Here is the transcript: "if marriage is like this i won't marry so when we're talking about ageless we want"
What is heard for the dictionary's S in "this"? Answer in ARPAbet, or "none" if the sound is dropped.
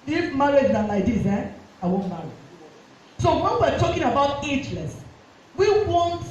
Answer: none